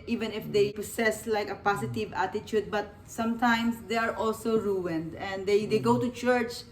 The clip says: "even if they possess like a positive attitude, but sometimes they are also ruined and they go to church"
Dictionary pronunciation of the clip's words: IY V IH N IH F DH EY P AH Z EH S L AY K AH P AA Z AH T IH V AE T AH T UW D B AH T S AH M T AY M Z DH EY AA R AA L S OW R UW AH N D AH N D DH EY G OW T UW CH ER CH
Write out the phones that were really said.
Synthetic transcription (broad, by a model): IY V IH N IH F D EY P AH S EH S L AY K AH P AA S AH T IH V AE T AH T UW D B AH T S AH M T AY M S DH EY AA R AA L S OW R UW AH N D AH N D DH EY G OW T UW CH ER CH